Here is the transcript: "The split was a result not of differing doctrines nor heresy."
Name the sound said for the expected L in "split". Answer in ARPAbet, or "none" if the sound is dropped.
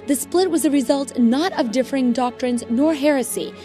L